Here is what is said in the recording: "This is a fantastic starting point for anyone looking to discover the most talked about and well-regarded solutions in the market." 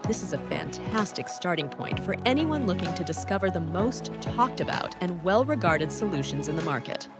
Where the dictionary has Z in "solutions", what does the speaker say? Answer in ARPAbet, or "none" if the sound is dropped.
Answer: Z